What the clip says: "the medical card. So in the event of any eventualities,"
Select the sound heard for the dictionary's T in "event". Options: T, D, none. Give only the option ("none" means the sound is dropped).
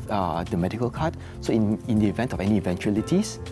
T